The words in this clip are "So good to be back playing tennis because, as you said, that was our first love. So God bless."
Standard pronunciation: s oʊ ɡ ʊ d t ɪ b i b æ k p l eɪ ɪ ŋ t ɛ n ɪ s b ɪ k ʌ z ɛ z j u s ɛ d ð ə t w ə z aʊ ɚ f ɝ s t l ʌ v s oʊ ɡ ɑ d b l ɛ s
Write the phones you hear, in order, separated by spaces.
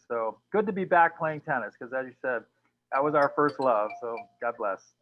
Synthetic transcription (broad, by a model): s oʊ ɡ ʊ d t ɪ b i b æ k p l eɪ ɪ ŋ t ɛ n ɪ s k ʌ z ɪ z j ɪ s ɛ d ð ə t w ə z aʊ ɚ f ɝ s t l ʌ v s oʊ ɡ ɑ d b l ɛ s